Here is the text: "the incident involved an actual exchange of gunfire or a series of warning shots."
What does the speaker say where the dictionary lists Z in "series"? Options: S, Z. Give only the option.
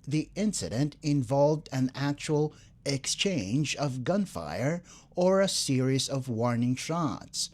Z